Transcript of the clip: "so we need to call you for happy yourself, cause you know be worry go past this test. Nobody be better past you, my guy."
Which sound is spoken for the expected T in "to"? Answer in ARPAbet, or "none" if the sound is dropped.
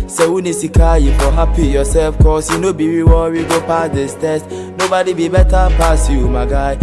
S